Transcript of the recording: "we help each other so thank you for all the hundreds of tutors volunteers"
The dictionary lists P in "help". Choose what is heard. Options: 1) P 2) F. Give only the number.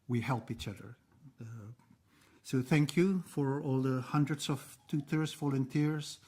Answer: 1